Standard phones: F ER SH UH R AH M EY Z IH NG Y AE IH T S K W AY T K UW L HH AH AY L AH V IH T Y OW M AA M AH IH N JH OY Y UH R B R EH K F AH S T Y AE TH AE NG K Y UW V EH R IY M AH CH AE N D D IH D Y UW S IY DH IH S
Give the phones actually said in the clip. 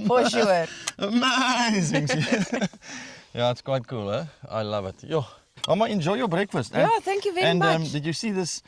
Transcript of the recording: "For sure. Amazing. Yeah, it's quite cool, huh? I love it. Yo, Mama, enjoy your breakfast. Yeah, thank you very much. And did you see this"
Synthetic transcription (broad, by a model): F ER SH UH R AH M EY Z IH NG Y AE IH T S K W AY T K UW L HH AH AY L AH V IH T Y OW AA M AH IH N JH OY Y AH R B R EH K F AH S T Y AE TH AE NG K Y UW V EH IY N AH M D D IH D Y UW S IY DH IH S